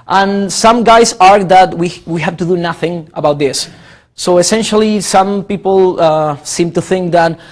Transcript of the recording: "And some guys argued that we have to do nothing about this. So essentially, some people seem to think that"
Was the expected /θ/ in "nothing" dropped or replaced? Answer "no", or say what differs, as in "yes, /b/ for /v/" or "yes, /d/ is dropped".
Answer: no